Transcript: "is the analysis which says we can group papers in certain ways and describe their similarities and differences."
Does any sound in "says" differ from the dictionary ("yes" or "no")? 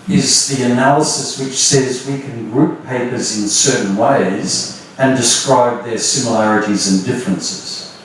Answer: no